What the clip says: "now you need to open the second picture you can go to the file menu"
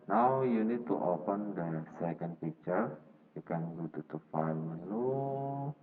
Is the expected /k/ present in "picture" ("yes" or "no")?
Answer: no